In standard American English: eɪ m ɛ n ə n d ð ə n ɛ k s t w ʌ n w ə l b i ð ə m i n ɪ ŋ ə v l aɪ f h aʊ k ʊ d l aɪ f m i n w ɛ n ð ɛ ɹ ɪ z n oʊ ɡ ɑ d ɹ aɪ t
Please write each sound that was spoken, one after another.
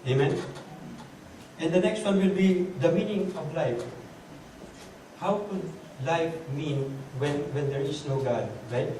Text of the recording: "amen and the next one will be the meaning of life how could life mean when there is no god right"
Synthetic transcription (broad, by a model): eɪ m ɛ n ə n d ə n ɛ k s t w ʌ n w ə l b i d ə m i n ɪ ŋ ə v l aɪ f h aʊ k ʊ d l aɪ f m i n w ɛ n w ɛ ɹ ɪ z n oʊ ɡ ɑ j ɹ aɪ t